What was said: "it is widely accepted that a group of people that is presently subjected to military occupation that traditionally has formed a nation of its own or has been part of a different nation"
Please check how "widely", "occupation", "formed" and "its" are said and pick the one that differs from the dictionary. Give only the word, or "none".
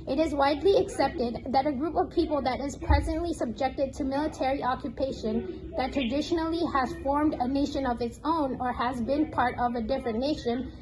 none